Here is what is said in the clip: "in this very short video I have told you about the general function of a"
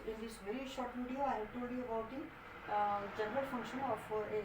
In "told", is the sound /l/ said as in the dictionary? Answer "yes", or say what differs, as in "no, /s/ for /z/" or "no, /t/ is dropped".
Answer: no, /l/ is dropped